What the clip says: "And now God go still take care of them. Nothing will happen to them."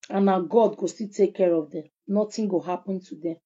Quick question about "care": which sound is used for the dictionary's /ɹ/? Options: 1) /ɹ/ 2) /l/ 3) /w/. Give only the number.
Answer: 1